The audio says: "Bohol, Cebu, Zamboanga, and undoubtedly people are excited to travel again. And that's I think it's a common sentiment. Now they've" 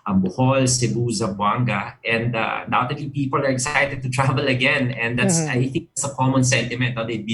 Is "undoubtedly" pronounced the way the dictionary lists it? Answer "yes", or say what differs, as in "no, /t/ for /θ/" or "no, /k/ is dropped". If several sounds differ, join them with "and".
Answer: no, /n/ is dropped